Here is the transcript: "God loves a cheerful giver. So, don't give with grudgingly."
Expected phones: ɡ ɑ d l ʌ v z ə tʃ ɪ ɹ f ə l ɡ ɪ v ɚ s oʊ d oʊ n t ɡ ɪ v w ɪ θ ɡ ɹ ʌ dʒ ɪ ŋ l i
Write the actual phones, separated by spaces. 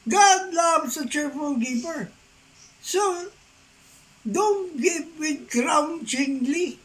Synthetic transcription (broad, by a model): ɡ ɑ d l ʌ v s ə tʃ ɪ ɹ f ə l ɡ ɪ p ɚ s oʊ d oʊ n t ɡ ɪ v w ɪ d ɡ ɹ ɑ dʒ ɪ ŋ l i